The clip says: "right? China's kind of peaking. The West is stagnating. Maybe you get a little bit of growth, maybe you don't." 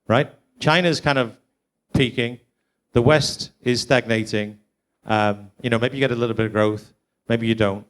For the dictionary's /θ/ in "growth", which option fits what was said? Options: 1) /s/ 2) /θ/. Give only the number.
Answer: 2